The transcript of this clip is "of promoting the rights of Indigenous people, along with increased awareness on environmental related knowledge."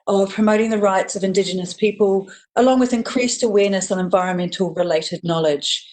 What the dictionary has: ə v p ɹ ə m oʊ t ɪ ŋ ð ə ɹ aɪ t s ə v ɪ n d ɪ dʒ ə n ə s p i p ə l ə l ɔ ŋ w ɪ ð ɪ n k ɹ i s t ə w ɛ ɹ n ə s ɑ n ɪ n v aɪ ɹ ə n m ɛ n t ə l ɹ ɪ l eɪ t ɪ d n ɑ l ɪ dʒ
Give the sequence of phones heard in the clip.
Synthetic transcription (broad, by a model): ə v p ɹ ə m oʊ t ɪ ŋ ð ə ɹ aɪ t s ə v ɪ n d ɪ dʒ ə n ə s p i p ə l ə l ɔ ŋ w ɪ ð ɪ n k ɹ i s t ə w ɛ n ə s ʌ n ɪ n v aɪ ɹ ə n m ɛ n t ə l ɹ ɪ l eɪ t ɪ d n ɑ l ɪ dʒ